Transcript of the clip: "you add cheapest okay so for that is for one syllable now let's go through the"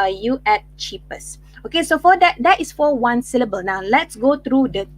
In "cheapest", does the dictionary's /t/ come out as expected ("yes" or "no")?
no